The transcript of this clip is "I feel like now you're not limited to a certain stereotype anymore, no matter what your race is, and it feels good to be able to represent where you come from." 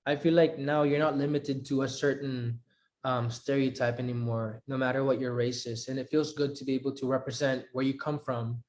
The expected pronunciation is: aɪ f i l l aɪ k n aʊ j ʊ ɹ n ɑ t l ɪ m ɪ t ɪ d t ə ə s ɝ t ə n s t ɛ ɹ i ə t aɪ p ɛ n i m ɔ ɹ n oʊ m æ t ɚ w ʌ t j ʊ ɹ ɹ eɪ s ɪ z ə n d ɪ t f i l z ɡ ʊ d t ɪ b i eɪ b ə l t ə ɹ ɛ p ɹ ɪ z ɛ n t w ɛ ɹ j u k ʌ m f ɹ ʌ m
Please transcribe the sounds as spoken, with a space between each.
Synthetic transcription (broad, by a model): aɪ f i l l aɪ k n aʊ j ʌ ɹ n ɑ t l ɪ m ɪ t ɪ d t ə ə s ɝ t ə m s t ɛ ɹ i ə t aɪ p ɛ n i m ɔ ɹ n oʊ m æ t ɚ w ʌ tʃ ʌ ɹ ɹ eɪ s ɪ z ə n ɪ t f i l z ɡ ʊ d t ɪ b i eɪ b l t ə ɹ ɛ p ɹ ɪ z ɛ n t w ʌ ɹ j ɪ k ʌ m f ɹ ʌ m